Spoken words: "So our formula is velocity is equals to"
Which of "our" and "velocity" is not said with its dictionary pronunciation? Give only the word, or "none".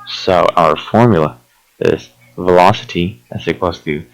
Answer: none